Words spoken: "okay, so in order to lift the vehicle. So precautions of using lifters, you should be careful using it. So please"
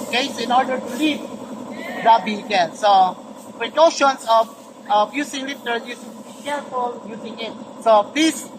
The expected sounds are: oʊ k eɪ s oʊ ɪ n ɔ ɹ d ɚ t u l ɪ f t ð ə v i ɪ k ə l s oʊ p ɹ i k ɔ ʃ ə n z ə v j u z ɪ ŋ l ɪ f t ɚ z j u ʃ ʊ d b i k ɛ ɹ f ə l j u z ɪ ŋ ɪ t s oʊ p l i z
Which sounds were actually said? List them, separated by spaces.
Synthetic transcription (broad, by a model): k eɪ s ɪ n ɔ ɹ d ɚ t u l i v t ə b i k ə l s oʊ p ɹ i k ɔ ʃ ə n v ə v j u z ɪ ŋ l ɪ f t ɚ j u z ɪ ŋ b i k ɛ ɹ f ə l j u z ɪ ŋ ɪ t s oʊ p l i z